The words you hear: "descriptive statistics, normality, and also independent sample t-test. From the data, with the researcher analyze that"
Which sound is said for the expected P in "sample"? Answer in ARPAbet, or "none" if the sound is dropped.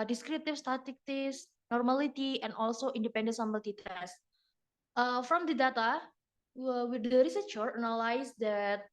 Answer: B